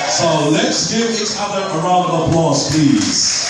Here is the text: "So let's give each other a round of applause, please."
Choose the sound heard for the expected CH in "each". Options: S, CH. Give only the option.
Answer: S